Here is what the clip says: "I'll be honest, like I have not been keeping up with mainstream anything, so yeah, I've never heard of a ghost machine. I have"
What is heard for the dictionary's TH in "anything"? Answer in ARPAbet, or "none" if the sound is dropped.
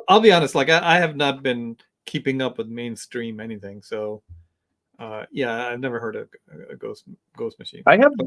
TH